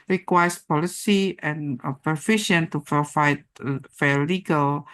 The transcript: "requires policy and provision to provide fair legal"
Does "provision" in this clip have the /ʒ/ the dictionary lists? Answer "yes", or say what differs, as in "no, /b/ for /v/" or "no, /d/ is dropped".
no, /ʃ/ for /ʒ/